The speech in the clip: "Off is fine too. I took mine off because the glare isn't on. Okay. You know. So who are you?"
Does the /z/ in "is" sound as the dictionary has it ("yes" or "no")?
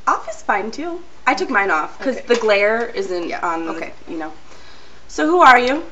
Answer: no